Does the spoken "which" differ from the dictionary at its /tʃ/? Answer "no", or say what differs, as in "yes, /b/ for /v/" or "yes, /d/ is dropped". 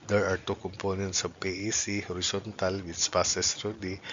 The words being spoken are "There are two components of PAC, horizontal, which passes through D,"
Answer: yes, /s/ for /tʃ/